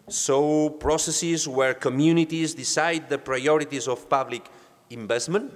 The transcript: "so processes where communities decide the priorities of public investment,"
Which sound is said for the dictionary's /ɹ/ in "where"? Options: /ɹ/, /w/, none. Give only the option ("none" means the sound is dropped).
/ɹ/